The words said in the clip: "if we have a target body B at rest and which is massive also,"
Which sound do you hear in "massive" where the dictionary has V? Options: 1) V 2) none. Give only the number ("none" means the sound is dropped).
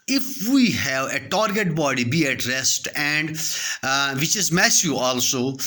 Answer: 2